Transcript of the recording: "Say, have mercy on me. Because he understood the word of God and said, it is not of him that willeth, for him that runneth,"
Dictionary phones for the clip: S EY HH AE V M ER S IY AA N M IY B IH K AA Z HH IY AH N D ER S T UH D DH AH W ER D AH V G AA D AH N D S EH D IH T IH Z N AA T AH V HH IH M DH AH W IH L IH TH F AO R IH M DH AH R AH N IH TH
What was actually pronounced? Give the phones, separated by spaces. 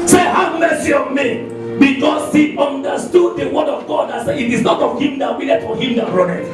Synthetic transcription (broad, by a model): S EY HH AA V M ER S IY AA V M IY B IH K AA S HH IY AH N D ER S T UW D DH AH W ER D AH V G AA D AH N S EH IH T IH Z N AA T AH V HH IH M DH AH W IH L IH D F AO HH IH M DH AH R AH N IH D